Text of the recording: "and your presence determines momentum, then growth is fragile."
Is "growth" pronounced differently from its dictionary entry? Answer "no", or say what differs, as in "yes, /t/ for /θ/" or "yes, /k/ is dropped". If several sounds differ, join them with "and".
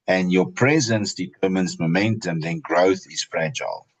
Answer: no